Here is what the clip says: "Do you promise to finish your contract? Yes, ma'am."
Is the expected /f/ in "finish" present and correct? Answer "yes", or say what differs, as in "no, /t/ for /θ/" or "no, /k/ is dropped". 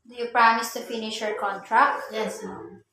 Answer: yes